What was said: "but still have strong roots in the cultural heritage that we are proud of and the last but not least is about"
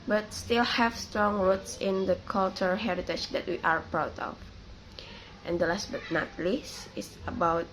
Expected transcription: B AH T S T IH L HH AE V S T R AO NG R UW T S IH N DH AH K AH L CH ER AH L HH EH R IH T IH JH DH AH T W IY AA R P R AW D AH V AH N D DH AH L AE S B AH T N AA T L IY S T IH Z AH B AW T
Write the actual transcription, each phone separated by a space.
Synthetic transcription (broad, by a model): B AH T S T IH L HH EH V S T R AO NG R UW T S IH N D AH K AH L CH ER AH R HH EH R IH T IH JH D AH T W IY AA R P R AW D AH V AH N D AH L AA S B AH T N AA T L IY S IH S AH B AW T